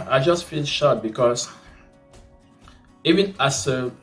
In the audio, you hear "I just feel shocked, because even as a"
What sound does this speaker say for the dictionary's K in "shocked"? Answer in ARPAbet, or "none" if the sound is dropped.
none